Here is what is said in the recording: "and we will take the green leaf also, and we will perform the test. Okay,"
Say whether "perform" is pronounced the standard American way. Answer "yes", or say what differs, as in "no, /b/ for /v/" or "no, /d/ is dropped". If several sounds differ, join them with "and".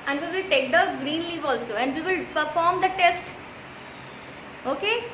yes